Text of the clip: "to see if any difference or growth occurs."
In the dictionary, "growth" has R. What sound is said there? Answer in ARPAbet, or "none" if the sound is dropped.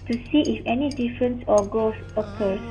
none